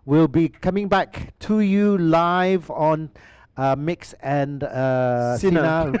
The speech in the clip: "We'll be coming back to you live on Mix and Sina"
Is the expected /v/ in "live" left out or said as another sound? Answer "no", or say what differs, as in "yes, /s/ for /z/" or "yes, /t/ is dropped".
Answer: no